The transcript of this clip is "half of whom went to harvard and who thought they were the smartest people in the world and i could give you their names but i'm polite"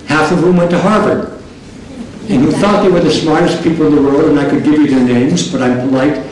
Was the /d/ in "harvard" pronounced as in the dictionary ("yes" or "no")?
no